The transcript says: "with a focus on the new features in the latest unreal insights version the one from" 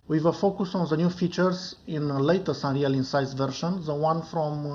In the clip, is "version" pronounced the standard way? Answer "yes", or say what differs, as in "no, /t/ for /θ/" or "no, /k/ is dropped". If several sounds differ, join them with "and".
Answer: no, /ʃ/ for /ʒ/